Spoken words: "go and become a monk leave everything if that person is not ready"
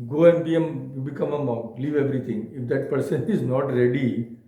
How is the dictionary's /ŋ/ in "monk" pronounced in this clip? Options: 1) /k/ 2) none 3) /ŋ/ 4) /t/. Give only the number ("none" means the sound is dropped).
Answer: 2